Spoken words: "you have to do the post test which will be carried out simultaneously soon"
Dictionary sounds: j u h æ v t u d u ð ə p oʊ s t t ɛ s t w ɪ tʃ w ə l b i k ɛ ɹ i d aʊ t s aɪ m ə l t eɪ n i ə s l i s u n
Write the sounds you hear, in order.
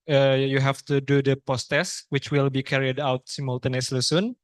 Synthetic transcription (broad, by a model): j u h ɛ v t u d u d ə p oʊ s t t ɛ s w ɪ tʃ w ə l b i k ɛ ɹ i d aʊ t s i m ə l t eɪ n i s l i s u n